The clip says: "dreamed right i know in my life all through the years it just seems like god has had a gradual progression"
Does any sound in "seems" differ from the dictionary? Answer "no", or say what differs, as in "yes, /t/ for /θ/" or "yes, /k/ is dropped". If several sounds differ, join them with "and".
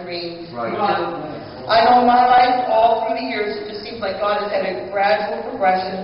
no